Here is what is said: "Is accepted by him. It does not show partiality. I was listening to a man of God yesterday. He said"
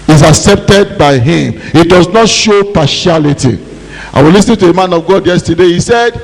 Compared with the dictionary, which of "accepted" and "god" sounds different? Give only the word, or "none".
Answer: none